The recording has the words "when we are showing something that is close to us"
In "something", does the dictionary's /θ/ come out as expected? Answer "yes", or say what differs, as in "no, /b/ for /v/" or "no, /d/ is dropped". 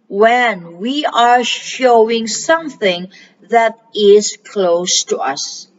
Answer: yes